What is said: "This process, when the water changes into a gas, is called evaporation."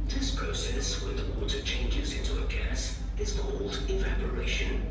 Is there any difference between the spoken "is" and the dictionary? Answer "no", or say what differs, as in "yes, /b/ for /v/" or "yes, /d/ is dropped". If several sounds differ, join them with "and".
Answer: no